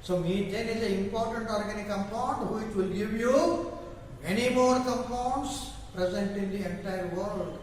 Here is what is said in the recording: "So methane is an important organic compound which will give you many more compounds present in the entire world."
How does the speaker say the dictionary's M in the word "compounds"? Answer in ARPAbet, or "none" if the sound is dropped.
none